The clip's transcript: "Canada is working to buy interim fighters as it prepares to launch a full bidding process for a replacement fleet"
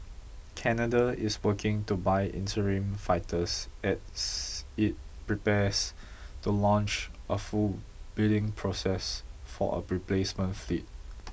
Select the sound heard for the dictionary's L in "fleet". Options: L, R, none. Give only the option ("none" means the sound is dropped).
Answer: L